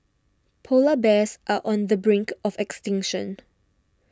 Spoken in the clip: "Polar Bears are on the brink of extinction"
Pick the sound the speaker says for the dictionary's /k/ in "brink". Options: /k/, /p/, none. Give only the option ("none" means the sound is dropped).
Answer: /k/